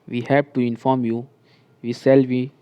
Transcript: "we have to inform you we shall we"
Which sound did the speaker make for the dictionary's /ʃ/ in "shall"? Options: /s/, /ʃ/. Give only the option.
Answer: /s/